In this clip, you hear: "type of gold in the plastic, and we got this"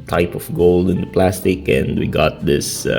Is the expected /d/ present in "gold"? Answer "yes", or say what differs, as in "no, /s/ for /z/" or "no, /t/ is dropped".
yes